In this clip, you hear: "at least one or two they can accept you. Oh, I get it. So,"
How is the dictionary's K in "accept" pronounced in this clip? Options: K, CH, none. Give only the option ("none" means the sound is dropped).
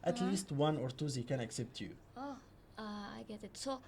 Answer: K